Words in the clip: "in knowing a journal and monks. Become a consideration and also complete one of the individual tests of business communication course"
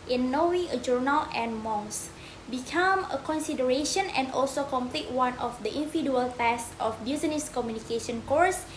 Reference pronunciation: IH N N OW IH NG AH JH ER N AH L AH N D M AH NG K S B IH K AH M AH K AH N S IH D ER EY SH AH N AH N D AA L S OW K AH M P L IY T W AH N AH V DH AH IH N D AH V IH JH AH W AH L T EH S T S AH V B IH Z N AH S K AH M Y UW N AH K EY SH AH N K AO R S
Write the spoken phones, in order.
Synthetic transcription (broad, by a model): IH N N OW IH AH JH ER N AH L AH N M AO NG S B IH K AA M AH K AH N S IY D ER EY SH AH N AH N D AA L S OW K AH M P L IY T W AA N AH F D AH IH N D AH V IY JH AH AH L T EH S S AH F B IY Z N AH S K AH M Y UW N AH K EY SH AH N K AO R S